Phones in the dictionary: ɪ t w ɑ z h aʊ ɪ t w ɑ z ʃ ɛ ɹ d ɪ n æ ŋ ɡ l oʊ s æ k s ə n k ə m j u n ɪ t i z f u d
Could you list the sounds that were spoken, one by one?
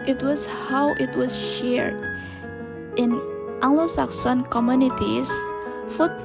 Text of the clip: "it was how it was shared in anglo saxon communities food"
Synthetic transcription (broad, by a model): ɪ t w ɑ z h aʊ ɪ t w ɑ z ʃ ɛ ɹ d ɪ n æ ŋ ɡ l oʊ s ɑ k s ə n k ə m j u n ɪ t i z f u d